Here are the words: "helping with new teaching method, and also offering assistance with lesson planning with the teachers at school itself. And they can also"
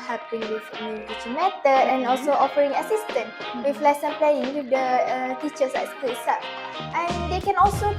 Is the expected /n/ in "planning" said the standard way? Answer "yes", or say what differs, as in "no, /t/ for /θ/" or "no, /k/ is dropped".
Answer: no, /n/ is dropped